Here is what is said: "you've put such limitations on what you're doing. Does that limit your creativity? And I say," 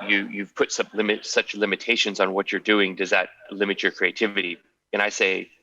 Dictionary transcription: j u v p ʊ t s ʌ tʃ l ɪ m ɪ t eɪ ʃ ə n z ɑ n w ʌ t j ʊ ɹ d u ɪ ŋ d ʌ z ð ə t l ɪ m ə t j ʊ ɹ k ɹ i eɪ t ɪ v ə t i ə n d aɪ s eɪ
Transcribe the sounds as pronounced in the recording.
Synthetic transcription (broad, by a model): j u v p ʊ t s ʌ tʃ l ɪ m ɪ t eɪ ʃ ə n z n w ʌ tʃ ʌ ɹ d u ɪ ŋ d ʌ z ð ə t l ɪ m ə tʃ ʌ ɹ k ɹ i eɪ t ɪ v ə t i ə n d aɪ s eɪ